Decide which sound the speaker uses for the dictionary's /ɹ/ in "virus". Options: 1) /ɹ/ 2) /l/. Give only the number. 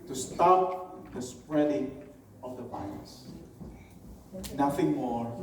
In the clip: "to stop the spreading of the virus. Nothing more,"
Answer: 2